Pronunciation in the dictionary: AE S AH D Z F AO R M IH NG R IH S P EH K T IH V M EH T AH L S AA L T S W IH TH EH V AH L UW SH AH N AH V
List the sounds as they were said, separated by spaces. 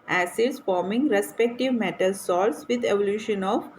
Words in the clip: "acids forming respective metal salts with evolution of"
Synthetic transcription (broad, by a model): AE S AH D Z F AO R M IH NG R IH S P EH K T IH V M EH T AH L S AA T S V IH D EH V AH L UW SH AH N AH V